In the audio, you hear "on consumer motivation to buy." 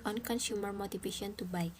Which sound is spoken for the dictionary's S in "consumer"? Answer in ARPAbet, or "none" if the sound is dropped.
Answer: SH